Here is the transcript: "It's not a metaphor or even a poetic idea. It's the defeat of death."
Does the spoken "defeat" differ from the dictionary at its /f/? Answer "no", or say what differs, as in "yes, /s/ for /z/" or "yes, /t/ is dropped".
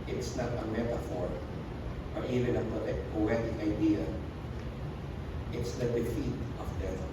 no